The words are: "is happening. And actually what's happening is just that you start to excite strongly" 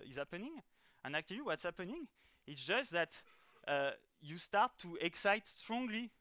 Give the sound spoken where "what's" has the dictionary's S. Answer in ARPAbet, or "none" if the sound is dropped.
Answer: S